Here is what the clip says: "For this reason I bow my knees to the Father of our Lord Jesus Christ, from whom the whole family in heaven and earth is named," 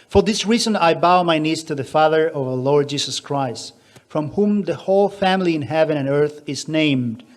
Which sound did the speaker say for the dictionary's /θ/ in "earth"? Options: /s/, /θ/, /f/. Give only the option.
/θ/